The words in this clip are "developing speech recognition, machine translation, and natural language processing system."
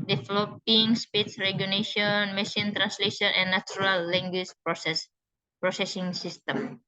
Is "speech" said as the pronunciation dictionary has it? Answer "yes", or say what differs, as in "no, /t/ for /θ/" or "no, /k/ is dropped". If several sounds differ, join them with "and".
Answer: no, /s/ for /tʃ/